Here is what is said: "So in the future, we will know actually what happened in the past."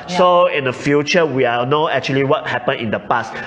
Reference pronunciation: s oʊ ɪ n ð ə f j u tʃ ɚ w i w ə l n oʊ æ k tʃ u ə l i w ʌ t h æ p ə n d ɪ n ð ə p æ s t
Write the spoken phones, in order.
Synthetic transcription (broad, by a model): s oʊ ɪ n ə f j u tʃ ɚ w i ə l n oʊ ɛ k tʃ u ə l i w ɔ t h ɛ p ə n ɪ n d ə p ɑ s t